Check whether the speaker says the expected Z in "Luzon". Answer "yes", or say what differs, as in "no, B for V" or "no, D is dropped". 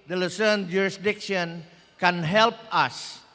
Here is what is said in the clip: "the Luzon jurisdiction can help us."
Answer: no, S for Z